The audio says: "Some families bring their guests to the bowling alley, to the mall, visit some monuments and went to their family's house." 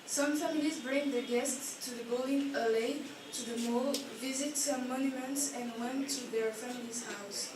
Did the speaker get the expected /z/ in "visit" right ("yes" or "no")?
yes